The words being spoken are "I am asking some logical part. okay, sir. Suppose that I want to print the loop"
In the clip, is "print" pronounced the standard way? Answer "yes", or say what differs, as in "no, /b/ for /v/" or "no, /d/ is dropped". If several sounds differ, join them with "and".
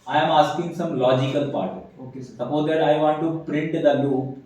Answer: yes